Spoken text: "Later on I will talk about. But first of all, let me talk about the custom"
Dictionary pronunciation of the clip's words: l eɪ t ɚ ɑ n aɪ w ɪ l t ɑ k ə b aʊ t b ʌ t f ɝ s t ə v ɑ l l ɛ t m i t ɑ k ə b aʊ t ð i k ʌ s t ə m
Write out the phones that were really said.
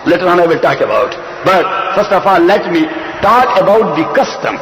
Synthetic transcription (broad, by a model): l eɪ t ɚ ɑ n aɪ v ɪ l t ɑ k ə b aʊ t b ʌ t f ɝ s t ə f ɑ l l ɛ t m i t ɑ k ə b aʊ t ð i k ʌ s t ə m